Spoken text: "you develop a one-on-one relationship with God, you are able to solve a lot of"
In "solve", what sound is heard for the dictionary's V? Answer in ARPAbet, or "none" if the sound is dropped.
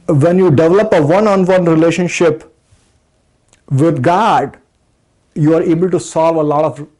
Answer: V